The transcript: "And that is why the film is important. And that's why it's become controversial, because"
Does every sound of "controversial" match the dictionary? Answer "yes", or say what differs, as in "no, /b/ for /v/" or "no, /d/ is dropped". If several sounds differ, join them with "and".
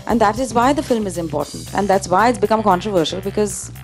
yes